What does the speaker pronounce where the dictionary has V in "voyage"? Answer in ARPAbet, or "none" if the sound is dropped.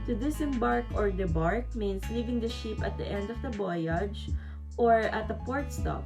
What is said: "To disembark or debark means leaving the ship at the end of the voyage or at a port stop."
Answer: B